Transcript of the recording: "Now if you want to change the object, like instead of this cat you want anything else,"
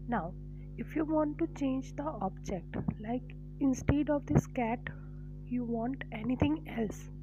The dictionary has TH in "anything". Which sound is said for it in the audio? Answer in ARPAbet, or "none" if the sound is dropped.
T